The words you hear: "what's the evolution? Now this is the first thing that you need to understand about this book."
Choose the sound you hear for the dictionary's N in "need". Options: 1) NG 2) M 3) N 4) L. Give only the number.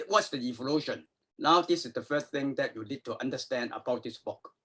4